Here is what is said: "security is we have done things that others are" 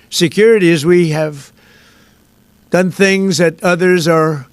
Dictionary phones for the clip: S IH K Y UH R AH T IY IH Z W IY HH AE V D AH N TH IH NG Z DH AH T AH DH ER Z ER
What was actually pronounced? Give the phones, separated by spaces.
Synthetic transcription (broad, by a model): S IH K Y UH R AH T IY IH Z W IY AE V D AH N TH IH NG Z DH AH T AH DH ER Z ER